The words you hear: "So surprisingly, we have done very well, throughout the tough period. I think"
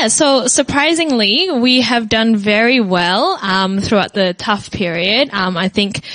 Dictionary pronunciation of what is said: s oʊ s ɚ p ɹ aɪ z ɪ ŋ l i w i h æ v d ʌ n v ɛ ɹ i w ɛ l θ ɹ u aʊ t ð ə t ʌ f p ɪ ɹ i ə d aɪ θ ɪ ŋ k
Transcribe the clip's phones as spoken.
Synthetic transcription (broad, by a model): s oʊ s ɚ p ɹ aɪ z ɪ ŋ l i w i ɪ v d ʌ n v ɛ ɹ i w ɛ l θ ɹ u aʊ t ð ə t ʌ f p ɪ ɹ i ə d aɪ θ ɪ ŋ k